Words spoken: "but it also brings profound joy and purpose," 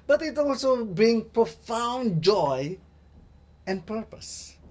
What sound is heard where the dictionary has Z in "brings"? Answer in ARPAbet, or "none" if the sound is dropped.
none